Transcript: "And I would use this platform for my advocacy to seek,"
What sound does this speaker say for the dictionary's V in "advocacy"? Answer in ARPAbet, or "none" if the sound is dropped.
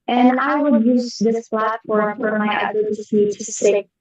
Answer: none